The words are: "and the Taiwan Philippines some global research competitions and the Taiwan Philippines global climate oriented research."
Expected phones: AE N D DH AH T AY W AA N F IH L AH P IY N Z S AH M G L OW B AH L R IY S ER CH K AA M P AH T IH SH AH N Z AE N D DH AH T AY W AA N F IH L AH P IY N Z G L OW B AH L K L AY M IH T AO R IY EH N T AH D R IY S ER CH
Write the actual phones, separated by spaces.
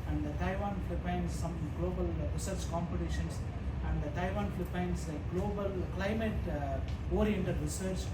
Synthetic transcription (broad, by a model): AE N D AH T AY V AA N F L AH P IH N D S AH M G L OW B AH L R IY S ER CH K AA M P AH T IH SH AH N S AE N D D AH T AY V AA N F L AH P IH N S G L OW B AH L K L AY M IH T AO R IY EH N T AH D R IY S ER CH